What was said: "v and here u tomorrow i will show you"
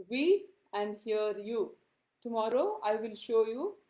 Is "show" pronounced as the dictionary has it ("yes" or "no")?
yes